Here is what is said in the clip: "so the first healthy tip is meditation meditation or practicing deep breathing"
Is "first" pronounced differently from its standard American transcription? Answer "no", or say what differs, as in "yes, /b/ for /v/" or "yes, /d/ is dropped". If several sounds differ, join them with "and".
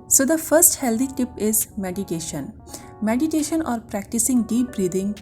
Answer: no